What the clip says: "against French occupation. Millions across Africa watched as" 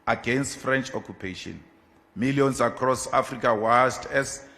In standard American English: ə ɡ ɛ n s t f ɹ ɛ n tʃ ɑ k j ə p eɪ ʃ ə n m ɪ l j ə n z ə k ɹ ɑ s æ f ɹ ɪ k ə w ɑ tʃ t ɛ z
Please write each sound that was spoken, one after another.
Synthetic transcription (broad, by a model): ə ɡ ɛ n s t f ɹ ɛ n tʃ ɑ k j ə p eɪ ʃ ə n m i l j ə n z ə k ɹ ɑ s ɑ f ɹ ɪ k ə w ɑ s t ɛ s